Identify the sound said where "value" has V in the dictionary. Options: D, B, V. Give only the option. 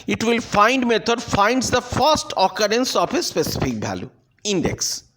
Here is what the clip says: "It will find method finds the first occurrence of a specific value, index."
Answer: B